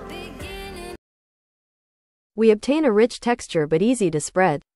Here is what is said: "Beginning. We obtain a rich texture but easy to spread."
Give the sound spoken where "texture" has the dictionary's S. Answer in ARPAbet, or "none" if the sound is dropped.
S